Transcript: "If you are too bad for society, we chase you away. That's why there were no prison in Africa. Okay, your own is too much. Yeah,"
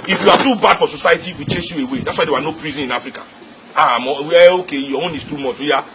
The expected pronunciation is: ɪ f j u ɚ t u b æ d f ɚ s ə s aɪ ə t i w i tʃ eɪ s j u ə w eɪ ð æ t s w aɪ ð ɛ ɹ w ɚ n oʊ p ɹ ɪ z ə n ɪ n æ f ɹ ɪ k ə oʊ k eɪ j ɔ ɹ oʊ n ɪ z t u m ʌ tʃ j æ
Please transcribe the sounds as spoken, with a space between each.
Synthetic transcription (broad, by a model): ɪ f j u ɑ t u b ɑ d f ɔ s ə s aɪ ə t i w i tʃ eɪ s j u ə w eɪ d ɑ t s w aɪ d ɛ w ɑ n oʊ p ɹ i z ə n ɪ n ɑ f ɹ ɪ k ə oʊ k eɪ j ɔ w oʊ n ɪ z t u m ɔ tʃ j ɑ